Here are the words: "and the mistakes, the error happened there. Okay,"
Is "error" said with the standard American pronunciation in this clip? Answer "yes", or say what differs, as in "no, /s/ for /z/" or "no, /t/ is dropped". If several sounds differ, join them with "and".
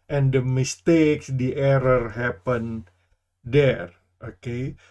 yes